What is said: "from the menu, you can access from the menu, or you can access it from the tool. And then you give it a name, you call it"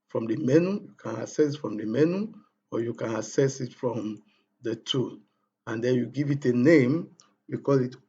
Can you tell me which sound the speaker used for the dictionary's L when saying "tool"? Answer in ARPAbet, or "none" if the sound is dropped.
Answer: N